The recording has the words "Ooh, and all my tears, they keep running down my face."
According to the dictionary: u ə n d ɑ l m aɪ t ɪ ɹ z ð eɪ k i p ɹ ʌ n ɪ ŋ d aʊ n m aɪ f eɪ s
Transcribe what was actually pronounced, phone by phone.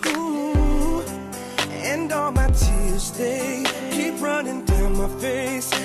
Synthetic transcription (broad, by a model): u ə n d ɑ l m aɪ t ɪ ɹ z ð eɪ k i p ɹ ʌ n ɪ ŋ d aʊ n m aɪ f eɪ s